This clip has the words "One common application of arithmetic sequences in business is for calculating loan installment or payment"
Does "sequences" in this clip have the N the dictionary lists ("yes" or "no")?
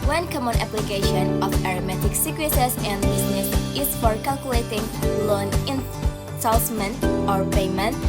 no